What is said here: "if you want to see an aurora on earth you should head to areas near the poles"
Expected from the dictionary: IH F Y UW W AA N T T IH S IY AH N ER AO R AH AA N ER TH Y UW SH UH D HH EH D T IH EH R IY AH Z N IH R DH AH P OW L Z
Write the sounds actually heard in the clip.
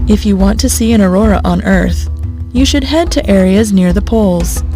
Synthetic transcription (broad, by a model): IH F Y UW W AA N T T IH S IY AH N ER AO R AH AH N ER TH Y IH SH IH D HH EH D T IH EH R IY AH Z N IH R DH AH P OW L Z